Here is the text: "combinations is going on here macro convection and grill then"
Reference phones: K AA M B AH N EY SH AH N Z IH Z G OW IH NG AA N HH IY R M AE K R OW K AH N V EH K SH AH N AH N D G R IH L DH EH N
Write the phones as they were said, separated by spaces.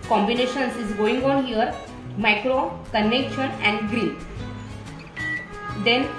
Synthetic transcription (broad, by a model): K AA M B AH N EY SH AH N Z IH Z G OW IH NG AA N HH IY R M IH K R OW K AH N EH K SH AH N AH N D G R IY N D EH N